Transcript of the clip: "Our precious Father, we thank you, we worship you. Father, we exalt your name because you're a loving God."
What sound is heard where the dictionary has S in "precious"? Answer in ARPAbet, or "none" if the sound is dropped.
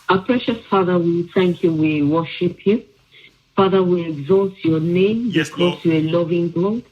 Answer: S